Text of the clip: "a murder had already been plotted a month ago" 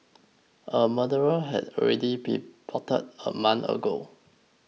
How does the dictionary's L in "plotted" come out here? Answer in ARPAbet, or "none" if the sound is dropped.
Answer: none